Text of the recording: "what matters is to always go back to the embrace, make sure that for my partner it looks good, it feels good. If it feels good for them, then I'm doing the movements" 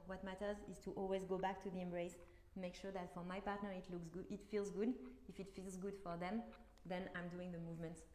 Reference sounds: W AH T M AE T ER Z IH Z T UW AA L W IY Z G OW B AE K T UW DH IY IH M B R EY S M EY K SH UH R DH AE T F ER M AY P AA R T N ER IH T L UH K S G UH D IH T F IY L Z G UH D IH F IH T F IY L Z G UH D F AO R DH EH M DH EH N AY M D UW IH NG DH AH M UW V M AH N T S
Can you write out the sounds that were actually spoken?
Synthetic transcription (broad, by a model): W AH T M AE T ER Z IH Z T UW AA L W IY Z G OW B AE K T UW DH IY IH M B R EY S M EY K SH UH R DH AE T F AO M AY P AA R T N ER IH T L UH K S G IH T F IY L Z G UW D IH F IH T F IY L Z G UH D F AO R DH EH M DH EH N AY M D UW IH NG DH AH M UW V M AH N T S